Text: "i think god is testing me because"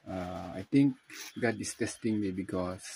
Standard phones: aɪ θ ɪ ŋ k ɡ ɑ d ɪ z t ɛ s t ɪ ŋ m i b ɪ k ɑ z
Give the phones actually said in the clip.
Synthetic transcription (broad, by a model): aɪ t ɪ ŋ k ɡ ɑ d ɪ s t ɛ s t ɪ ŋ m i b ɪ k ɑ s